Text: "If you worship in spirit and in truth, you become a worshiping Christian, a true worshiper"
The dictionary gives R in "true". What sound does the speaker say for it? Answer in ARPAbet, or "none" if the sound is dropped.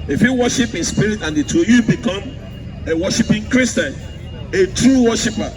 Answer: R